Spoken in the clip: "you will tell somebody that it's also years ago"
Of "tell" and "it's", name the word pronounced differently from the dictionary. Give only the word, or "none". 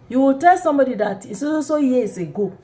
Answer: it's